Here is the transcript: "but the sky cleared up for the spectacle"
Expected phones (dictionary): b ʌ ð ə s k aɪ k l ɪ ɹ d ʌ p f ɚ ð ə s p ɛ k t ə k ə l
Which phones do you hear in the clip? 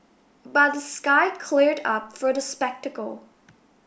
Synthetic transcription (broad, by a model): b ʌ ð ə s k aɪ k l ɪ ɹ d ʌ p f ɚ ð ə s p ɛ k t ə k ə l